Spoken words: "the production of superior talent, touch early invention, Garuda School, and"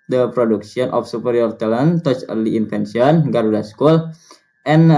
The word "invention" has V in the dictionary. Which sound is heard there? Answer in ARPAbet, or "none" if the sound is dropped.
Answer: F